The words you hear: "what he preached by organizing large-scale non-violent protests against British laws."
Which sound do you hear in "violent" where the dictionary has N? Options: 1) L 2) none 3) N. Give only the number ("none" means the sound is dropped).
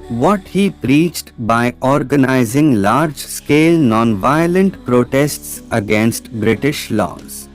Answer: 3